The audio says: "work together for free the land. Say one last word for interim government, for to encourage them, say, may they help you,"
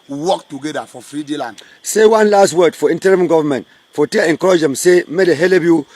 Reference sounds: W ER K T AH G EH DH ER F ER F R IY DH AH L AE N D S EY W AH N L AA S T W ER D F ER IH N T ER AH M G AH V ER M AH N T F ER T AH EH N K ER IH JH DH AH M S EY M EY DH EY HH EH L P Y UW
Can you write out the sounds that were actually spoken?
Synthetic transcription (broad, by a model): W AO K T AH G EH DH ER F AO F R IY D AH L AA N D S EY W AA N L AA S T W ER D F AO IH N T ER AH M G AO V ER M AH N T F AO T AH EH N K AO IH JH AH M S EY M EY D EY HH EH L B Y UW